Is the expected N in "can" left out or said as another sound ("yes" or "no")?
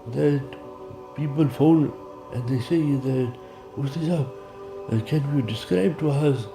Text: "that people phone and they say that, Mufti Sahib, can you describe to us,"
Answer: no